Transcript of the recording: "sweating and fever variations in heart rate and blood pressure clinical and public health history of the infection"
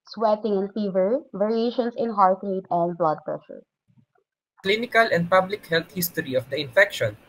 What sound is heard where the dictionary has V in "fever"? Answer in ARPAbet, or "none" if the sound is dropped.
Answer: V